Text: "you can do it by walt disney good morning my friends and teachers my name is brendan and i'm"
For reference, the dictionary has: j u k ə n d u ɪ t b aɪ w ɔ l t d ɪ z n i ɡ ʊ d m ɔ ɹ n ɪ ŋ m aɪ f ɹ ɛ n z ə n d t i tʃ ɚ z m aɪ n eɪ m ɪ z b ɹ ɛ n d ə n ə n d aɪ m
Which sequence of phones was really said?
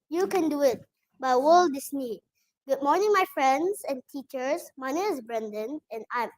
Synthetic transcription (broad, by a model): j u k ə n d u ɪ t b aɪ w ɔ l d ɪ s n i ɡ ʊ d m ɔ ɹ n ɪ ŋ m aɪ f ɹ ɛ n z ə n t i tʃ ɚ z m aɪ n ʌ ɪ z b ɹ ɛ n d ə n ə n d aɪ m